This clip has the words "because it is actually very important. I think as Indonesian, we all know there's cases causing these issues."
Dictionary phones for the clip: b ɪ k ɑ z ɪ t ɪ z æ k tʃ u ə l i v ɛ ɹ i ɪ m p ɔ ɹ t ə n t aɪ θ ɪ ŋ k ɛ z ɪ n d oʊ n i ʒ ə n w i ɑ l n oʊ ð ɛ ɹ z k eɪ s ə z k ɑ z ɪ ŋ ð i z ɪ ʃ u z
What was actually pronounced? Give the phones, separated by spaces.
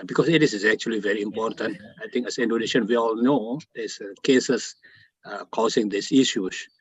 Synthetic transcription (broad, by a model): b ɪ k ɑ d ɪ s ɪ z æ k tʃ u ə l i v ɛ ɹ i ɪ m p ɔ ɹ t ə n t aɪ t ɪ ŋ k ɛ s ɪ n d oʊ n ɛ ʃ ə n w i ɑ l n oʊ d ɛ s k eɪ s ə s k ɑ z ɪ ŋ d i s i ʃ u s